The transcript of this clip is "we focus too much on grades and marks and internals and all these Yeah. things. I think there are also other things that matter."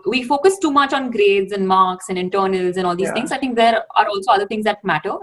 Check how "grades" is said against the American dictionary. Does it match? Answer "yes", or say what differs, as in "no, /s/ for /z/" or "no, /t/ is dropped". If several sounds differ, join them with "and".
yes